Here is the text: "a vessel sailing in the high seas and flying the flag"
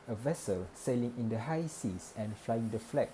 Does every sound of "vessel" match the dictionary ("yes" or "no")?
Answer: yes